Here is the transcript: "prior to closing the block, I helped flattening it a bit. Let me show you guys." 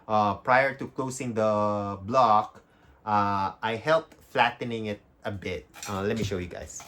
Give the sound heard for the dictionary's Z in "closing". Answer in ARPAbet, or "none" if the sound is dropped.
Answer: S